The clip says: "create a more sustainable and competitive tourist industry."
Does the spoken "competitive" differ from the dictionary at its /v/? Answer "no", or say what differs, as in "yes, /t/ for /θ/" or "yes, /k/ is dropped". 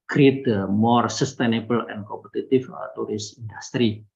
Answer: yes, /f/ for /v/